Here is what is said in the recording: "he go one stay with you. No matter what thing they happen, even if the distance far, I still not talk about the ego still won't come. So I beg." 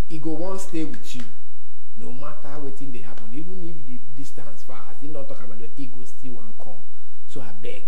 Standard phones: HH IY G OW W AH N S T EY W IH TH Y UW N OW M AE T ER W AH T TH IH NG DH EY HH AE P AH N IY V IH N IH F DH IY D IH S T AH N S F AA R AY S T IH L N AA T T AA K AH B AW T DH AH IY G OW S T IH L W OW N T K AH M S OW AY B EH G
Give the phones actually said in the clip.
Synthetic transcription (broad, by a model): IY G OW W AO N S T EY W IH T Y UW N OW M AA T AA W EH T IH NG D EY HH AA P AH N IY V IH N IH F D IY D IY S T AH N S F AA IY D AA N T AA K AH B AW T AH IY G OW S T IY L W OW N K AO M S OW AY B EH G